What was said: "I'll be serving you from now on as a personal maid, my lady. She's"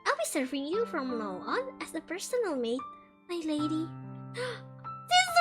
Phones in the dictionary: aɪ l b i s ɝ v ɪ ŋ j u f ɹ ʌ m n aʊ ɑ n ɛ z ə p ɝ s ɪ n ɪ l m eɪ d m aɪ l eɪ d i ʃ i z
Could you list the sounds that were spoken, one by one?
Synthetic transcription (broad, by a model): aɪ l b i s ɝ v ɪ ŋ j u f ɹ ʌ m l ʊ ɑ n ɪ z ə p ɝ s ɪ n ɪ l m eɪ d m aɪ l eɪ d i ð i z